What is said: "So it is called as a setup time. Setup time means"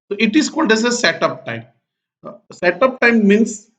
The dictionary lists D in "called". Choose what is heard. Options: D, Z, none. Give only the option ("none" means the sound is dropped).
D